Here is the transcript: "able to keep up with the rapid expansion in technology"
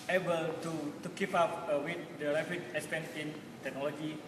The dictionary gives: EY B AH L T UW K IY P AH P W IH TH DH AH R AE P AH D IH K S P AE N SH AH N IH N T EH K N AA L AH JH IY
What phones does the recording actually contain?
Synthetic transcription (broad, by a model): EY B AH L T UW K IY P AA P W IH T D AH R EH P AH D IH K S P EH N S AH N N T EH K N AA L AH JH IY